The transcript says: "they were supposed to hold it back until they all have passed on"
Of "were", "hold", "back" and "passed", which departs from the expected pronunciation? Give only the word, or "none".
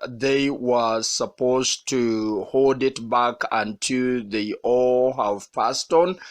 none